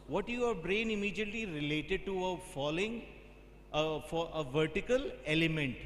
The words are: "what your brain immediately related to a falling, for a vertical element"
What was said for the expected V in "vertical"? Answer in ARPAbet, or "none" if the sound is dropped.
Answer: V